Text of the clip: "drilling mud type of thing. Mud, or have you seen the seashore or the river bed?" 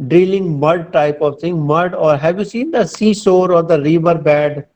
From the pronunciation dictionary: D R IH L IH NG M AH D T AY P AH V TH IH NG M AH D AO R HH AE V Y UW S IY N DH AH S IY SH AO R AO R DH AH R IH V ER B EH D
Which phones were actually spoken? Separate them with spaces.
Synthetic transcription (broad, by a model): D R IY L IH NG M AH D T AY P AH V T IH NG M AH D AO R HH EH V Y UW S IY N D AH S IY S AO R AO R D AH R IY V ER B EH D